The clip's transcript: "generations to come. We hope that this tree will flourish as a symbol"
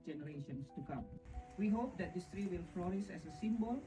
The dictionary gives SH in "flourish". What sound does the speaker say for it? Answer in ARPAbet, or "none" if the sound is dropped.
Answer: S